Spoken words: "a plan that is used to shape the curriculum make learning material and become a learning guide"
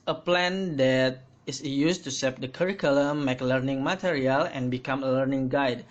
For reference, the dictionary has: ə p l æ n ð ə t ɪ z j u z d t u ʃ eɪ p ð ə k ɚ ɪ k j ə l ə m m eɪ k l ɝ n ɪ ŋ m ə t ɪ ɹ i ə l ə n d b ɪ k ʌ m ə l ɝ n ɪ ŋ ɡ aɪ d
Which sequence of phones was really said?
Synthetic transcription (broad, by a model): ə p l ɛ n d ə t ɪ s j u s t u s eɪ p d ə k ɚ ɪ k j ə l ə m m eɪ k l ɝ n ɪ ŋ m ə t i ɹ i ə l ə n b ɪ k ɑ m ə l ɝ n ɪ ŋ ɡ aɪ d